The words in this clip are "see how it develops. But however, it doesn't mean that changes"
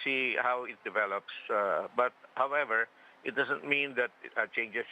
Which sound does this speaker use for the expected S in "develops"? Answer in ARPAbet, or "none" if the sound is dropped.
S